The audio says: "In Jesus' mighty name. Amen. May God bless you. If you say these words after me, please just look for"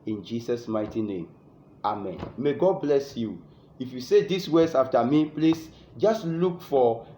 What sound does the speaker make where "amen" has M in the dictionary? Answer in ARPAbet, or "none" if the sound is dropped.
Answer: M